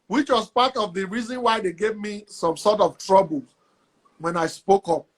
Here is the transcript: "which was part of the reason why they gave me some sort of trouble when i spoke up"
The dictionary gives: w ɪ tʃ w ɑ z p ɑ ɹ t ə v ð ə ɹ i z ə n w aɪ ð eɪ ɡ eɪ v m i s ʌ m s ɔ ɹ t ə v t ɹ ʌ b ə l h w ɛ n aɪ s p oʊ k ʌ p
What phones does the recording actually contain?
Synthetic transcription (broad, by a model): w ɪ tʃ w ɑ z p ɑ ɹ t ə v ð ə ɹ i z ə n w aɪ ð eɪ ɡ eɪ v m i s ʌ m s ɔ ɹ t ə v t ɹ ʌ b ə l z w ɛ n aɪ s p oʊ k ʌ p